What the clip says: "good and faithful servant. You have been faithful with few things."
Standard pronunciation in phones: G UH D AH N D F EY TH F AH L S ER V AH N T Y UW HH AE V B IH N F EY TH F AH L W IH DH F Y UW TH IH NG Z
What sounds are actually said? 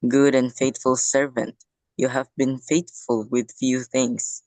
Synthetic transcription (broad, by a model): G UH D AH N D F EY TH F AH L S ER V AH N T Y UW HH AE V B IH N F EY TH F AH L W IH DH F Y UW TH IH NG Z